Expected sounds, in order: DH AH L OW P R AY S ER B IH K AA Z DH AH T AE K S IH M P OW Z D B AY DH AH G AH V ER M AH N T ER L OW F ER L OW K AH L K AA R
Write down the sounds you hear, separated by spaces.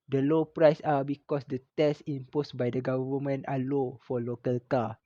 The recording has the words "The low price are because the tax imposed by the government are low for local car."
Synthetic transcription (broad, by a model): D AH L OW P R AY S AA B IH K AA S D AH T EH S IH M P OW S B AY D AH G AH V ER M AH N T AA L OW F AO L OW K AH L K AA